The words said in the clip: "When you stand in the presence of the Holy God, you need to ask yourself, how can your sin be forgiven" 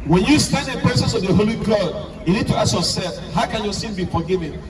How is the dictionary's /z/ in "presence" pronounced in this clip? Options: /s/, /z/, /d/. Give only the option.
/s/